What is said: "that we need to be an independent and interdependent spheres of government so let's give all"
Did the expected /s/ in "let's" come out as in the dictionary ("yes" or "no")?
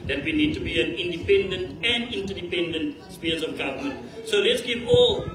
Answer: yes